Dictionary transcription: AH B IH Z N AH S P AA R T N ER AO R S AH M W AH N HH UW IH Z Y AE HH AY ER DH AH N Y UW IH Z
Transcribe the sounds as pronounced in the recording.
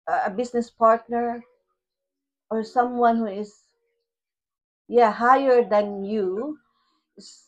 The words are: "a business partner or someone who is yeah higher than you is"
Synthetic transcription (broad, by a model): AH B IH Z N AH S P AA R T N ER AO R S AH M W AH N HH UW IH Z Y AE HH AY ER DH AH N Y UW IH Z